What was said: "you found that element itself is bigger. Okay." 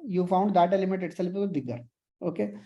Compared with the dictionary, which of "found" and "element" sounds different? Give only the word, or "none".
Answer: element